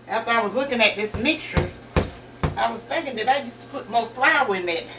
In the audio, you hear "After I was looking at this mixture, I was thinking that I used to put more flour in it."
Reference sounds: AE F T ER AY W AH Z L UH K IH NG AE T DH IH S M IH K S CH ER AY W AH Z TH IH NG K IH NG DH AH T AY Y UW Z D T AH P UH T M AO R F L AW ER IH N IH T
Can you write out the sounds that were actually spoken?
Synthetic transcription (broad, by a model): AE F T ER AY W AH Z L UH K IH NG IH T DH IH S M IH K S CH ER AY W AH Z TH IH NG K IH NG DH AH T AY Y UW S T AH P UH T M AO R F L AW IH N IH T